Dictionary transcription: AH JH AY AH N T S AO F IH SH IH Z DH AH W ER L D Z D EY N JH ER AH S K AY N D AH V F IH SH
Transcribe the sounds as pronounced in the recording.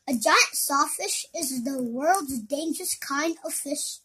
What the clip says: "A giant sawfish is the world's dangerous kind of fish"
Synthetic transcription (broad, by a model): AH JH AY AH N T S AO F IH SH IH Z DH AH W ER L D Z D EY N JH ER AH S K AY N D AH V F IH SH